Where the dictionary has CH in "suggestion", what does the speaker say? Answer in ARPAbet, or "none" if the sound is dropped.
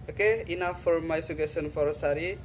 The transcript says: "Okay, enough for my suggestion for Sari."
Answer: none